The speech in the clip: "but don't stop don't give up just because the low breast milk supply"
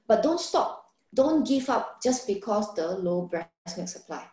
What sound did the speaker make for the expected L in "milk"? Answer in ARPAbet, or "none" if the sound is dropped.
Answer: none